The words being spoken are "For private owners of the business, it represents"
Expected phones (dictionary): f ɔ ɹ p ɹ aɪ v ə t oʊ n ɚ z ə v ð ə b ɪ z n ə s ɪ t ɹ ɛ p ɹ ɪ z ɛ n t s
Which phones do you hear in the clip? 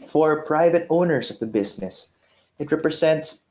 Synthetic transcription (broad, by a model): f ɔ ɹ p ɹ aɪ v ə t oʊ n ɚ s ə v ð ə b ɪ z n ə s ɪ t ɹ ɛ p ɹ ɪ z ɛ n t s